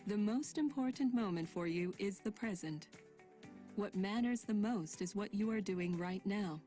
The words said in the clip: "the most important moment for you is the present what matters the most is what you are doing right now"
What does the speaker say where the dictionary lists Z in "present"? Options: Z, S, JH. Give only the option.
Z